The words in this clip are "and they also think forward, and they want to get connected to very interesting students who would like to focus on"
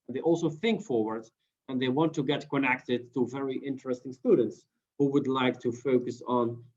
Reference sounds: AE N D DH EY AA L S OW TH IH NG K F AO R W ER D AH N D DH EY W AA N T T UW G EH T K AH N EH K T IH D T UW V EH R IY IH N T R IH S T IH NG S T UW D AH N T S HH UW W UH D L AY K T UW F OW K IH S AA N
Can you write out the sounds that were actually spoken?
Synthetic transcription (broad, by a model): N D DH EY AA L S OW TH IH NG K F AO R W ER D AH N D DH EY W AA N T T UW G EH T K AH N EH K T IH D T UW V EH R IY IH N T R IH S T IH NG S T UW D AH N T S HH UW W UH D L AY K T UW F OW K IH S N